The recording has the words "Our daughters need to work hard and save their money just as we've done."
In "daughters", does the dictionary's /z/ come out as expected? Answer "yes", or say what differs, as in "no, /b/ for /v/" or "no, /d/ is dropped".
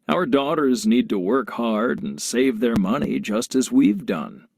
yes